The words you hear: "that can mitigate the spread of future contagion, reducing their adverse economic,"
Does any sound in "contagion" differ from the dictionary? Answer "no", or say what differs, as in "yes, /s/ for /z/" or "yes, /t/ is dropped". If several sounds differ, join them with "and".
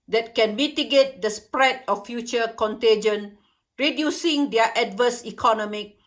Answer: no